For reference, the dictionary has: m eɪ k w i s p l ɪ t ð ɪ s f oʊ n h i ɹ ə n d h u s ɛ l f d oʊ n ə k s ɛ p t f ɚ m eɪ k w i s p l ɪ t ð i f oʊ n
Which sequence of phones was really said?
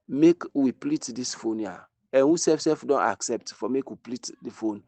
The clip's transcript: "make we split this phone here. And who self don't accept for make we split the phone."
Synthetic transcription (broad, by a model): m eɪ k w i p l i t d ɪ s f oʊ n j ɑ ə n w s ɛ s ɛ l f d oʊ n ə k s ɛ p t f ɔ m eɪ k w i p l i t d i f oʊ n